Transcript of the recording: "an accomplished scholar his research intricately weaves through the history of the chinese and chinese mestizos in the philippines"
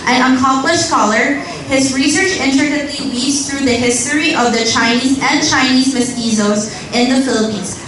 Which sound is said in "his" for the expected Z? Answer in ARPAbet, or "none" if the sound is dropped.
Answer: Z